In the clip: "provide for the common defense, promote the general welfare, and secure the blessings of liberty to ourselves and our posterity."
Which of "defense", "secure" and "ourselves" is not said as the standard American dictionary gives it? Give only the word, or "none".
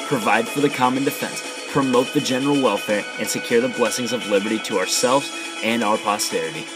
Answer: none